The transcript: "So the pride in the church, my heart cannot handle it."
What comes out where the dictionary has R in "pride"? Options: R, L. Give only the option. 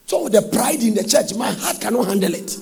R